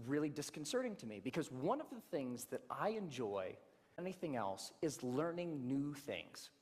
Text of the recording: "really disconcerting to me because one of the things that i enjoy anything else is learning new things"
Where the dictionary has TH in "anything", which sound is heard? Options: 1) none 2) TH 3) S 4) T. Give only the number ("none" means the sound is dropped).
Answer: 2